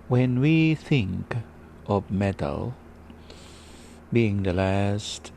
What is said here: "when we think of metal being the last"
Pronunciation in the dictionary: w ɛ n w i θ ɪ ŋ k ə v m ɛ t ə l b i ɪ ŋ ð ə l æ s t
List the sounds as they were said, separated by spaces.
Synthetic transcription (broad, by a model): w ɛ n w i θ ɪ ŋ k ə v m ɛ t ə l b i ɪ ŋ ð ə l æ s t